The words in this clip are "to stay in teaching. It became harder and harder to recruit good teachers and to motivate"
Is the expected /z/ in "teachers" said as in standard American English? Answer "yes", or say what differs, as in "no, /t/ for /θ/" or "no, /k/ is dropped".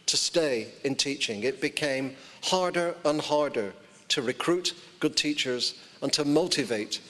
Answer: yes